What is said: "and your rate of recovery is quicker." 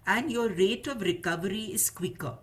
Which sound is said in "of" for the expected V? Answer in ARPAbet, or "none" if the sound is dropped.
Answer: V